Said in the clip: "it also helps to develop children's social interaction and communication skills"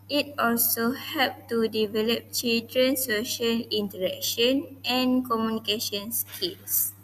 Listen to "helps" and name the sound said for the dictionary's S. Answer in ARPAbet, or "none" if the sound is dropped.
none